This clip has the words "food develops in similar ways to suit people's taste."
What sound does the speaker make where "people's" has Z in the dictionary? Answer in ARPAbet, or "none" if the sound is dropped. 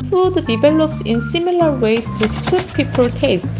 none